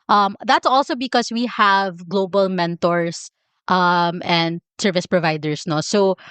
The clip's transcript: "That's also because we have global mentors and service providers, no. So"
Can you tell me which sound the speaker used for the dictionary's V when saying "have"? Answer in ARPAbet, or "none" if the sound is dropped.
V